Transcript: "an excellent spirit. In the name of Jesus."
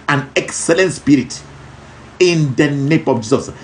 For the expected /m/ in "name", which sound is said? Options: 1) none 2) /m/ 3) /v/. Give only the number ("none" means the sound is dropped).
2